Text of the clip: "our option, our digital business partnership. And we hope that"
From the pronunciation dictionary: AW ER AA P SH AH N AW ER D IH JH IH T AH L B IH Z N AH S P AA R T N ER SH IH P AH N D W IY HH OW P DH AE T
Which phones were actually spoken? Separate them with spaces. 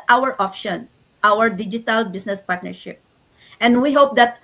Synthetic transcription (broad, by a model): AW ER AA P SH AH N AW ER D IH JH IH T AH L B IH S N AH S P AA R T N ER SH IH P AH N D W IY HH OW P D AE T